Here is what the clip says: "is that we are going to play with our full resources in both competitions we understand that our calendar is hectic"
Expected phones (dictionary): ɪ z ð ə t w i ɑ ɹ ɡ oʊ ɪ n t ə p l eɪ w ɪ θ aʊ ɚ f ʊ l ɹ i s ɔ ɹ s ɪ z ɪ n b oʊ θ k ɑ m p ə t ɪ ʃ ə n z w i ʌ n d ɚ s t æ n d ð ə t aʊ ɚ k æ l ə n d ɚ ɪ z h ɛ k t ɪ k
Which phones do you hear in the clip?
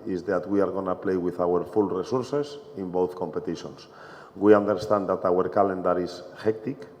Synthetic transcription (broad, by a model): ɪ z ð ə t w i ɑ ɹ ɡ oʊ n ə p l eɪ w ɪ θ aʊ ɚ f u l ɹ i s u ɹ s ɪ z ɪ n b oʊ θ k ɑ m p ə t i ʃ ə n s w i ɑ n d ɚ s t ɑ n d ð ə t aʊ ɚ k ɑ l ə n d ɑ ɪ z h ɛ k t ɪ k